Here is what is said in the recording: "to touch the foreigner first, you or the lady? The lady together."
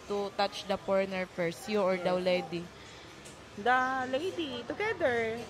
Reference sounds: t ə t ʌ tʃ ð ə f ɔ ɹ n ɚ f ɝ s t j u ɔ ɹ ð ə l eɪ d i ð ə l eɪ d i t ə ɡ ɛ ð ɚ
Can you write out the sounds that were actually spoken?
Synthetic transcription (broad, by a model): t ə t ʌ tʃ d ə p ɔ ɹ n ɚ f ɝ s t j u ɔ ɹ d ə l eɪ d i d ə l eɪ d i t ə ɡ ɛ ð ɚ